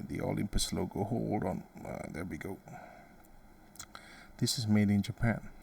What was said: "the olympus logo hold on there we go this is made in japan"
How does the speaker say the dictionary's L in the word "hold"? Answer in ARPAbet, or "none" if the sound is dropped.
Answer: none